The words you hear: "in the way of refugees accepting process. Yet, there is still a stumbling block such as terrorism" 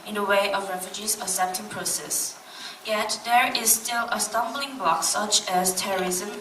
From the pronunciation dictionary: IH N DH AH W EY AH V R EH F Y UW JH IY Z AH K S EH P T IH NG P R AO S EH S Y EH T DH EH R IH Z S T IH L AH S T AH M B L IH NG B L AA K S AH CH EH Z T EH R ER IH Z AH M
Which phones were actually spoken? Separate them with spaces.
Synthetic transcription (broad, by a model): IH N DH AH W EY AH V R EH F Y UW JH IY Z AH S EH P T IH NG P R AO S EH S Y EH T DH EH R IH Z S T IH L AH S T AH M B L IH NG B L AA K S AH CH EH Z T EH R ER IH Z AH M